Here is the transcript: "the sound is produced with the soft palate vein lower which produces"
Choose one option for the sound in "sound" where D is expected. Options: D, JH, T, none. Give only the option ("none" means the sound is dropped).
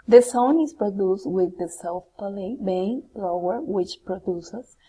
none